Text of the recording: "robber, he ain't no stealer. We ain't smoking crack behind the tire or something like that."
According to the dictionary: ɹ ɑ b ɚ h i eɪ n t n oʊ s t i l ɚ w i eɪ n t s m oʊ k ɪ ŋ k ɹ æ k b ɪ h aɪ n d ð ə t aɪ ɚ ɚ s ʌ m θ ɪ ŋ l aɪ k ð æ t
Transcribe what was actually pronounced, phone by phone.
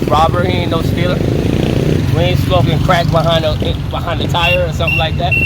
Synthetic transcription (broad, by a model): ɹ ɑ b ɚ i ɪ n n oʊ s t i l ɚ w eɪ s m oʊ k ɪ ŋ k ɹ æ k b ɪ h aɪ n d ð ə t aɪ ɚ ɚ s ʌ m θ ɪ ŋ l aɪ k ð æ t